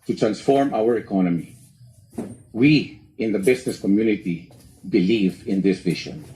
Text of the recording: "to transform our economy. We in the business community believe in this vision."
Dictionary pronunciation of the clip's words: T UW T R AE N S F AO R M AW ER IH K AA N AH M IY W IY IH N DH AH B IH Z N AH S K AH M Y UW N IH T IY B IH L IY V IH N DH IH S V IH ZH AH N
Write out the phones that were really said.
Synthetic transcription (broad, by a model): T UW T R AE N S F AO R M AW ER IH K AA N AH M IY W IY IH N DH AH B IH S N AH S K AH M Y UW N IH T IY B IH L IY V IH N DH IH S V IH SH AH N